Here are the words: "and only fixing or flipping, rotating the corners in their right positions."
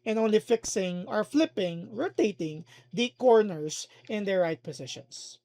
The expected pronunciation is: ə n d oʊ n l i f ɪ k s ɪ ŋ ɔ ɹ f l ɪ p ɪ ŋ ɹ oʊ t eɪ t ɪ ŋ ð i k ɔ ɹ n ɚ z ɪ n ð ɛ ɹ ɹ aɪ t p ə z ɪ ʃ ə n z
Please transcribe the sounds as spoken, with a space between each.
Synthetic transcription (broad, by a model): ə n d oʊ n l i f ɪ k s ɪ ŋ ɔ ɹ f l ɪ p ɪ ŋ ɹ oʊ t eɪ t ɪ ŋ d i k ɔ ɹ n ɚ s ɪ n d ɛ ɹ ɹ aɪ t p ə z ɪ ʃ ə n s